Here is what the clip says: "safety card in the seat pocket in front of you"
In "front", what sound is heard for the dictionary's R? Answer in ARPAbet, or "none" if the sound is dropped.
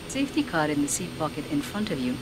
R